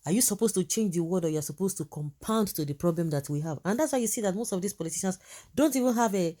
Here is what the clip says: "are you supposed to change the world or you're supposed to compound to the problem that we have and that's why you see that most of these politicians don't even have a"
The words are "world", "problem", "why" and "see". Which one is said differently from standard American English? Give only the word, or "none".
world